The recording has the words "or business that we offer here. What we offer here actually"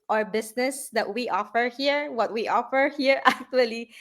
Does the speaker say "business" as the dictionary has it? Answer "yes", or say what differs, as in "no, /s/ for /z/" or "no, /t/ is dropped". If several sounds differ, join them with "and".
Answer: no, /s/ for /z/